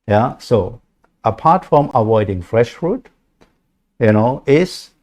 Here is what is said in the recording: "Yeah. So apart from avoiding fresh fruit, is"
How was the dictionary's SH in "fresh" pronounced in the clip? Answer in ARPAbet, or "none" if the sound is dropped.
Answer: SH